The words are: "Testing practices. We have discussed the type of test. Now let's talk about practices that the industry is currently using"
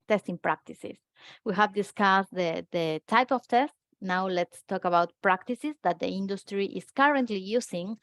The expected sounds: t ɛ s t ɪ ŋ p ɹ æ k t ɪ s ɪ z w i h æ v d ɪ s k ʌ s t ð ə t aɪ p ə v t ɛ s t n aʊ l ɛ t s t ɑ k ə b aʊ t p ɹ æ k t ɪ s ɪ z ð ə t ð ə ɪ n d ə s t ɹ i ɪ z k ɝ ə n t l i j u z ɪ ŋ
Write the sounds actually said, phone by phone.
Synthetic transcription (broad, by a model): t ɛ s t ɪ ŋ p ɹ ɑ k t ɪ s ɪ s w i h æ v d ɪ s k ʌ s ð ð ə t aɪ p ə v t ɛ s t n aʊ l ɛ t s t ɑ k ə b aʊ t p ɹ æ k t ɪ s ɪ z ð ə t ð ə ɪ n d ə s t ɹ i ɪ s k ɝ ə n t l i j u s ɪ ŋ